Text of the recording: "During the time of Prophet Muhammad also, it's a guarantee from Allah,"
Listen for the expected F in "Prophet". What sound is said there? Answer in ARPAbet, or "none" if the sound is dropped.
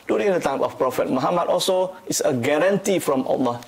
F